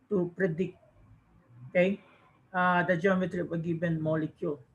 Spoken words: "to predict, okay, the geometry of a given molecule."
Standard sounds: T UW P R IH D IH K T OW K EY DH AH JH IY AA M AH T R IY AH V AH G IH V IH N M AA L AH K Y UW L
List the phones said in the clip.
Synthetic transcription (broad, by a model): T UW P R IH D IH K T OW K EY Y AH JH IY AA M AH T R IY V AH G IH B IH N M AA L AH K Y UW L